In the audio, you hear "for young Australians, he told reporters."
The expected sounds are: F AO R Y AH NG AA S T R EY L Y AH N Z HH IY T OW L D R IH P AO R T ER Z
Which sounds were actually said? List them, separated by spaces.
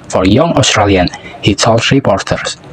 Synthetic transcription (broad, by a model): F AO R Y AH NG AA S T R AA L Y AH N HH IY S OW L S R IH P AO R T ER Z